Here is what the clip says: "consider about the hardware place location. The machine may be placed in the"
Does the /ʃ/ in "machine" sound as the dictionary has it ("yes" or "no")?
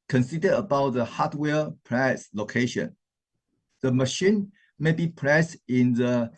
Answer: yes